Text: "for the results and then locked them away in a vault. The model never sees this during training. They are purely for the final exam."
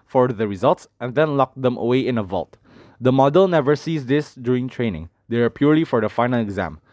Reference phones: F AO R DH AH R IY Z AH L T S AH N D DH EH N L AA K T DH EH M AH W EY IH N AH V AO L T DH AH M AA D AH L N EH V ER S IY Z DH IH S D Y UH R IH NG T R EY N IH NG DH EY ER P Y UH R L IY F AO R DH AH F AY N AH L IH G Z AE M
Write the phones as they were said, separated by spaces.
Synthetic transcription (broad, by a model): F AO R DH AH R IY Z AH L T S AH N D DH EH N L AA K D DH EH M AH W EY IH N AH V AO L T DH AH M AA D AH L N EH V ER S IY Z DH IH S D Y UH R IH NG T R EY N IH NG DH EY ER P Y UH R L IY F AO R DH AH F AY N AH L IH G Z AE M